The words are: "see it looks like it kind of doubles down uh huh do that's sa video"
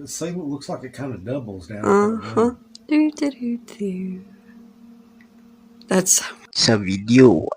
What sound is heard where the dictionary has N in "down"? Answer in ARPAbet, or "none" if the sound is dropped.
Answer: none